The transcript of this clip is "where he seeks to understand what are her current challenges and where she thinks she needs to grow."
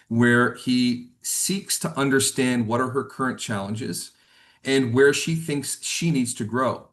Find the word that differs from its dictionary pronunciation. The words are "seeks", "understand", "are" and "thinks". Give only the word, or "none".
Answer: none